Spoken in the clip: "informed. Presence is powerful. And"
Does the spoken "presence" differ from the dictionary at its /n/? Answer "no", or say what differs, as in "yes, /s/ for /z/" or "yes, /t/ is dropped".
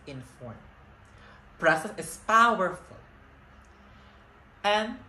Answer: yes, /n/ is dropped